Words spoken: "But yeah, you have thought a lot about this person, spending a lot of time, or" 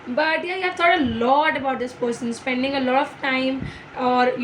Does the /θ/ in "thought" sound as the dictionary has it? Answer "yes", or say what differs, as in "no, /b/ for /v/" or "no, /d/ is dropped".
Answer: no, /t/ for /θ/